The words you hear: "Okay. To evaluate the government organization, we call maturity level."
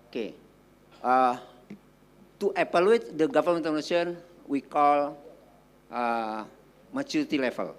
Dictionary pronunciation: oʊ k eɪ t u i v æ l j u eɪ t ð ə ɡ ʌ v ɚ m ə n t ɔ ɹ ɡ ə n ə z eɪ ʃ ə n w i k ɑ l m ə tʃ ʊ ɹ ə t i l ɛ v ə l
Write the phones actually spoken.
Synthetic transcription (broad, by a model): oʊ k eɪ t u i p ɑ l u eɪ t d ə ɡ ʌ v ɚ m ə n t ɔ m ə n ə s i ə n w i k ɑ l m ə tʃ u ɹ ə t i l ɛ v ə l